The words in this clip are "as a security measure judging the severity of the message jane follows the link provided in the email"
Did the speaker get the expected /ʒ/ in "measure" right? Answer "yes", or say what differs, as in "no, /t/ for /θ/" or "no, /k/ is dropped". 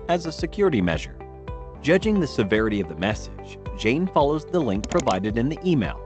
yes